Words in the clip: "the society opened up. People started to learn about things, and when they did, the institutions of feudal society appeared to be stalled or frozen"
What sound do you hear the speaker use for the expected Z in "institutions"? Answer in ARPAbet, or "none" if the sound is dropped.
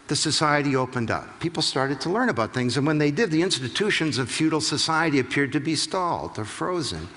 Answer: Z